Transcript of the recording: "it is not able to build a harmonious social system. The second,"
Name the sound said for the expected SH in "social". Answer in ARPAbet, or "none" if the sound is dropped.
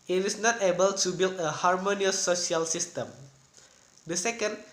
none